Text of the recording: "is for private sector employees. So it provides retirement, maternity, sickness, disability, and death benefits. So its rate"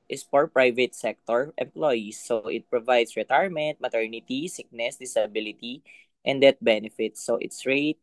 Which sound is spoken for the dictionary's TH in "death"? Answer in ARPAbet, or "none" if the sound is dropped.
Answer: T